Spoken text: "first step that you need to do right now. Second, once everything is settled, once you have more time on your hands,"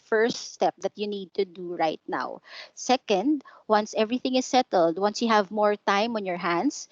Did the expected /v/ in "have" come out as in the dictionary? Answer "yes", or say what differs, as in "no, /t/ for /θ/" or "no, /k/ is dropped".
yes